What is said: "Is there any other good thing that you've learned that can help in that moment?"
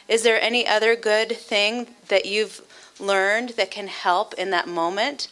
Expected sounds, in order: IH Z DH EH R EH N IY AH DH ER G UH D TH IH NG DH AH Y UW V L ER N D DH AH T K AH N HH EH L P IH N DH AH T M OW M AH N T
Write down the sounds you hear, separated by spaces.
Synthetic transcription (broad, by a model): IH Z DH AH R EH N IY AH DH ER G UH D TH IH NG DH AH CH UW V L ER N DH AH T K AH N HH EH L P IH N DH AH T M OW M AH N T